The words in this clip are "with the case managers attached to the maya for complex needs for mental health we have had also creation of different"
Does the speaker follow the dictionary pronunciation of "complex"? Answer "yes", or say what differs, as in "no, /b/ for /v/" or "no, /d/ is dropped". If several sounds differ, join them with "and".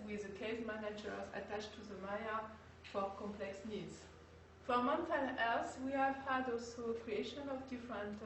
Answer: yes